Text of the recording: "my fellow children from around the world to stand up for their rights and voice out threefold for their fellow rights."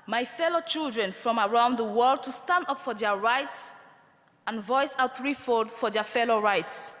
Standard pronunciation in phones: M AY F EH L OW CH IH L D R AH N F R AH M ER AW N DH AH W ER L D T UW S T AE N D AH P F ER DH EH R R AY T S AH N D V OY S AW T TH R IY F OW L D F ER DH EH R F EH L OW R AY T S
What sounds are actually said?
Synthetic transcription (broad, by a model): M AY F EH L OW CH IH L D R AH N F R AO M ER AW N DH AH W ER L D T UW S T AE N D AH P F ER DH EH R R AY T S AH N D V OY S AW T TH R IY F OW D F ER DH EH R F EH L OW R AY T S